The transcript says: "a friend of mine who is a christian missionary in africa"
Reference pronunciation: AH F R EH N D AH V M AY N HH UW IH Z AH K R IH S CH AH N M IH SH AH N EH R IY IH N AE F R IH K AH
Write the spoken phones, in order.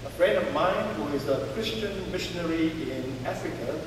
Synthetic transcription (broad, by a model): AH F R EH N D AH V M AY N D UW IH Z AH K R IH S CH AH N M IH SH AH N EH R IY IH N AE F R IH K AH